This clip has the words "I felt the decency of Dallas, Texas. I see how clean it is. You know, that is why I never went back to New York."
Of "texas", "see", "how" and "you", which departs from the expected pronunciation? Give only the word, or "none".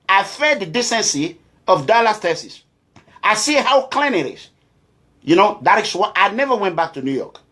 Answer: texas